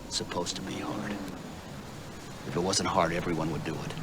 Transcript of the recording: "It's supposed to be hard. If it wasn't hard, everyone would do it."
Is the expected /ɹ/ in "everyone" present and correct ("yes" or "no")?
yes